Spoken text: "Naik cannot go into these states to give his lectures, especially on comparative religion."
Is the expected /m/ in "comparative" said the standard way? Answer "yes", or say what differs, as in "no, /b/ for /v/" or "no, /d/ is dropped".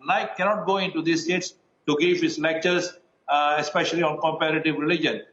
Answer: yes